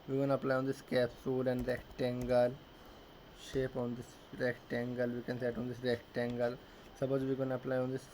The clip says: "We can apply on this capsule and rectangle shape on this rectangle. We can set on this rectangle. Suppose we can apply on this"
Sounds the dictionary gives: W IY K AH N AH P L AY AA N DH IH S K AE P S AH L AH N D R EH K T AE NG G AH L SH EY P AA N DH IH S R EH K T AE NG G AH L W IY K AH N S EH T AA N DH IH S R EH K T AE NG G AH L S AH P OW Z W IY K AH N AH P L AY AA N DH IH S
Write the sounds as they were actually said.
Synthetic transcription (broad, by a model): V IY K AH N AH P L AY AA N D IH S K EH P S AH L AH N D R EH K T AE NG G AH L SH EY P AA N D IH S R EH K T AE NG G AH L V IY K AH N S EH T AA N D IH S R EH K T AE NG G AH L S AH B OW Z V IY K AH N AH P L AY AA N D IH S